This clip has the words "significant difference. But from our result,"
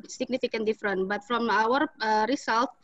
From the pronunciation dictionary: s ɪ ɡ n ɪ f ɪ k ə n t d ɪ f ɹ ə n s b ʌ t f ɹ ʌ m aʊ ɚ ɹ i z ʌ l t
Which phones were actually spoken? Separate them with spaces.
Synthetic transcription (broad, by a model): s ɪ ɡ n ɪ f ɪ k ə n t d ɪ f ɹ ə n b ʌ t f ɹ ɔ m aʊ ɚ ɹ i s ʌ l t